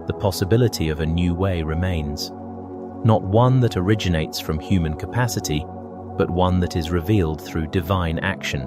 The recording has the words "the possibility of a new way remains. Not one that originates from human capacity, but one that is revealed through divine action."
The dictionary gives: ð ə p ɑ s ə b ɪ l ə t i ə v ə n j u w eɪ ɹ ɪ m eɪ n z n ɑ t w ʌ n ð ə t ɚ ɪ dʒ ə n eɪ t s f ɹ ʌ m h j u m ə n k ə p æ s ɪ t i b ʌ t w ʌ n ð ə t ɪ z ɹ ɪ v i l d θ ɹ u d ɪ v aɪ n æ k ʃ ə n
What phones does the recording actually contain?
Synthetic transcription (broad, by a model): ð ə p ɑ s ə b ɪ l ə t i ə v ə n j u w eɪ ɹ ɪ m eɪ n z n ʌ t w ʌ n ð ə t ɚ ɪ dʒ ə n eɪ t s f ɹ ʌ m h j u m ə n k ə p æ s ɪ t i b ʌ t w ʌ n ð ə t ɪ z ɹ ɪ v i l d θ ɹ u d ɪ v aɪ n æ k ʃ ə n